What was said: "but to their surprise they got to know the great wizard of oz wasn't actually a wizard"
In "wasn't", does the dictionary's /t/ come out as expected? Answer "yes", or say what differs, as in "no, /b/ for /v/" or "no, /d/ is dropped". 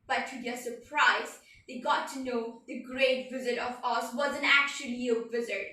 no, /t/ is dropped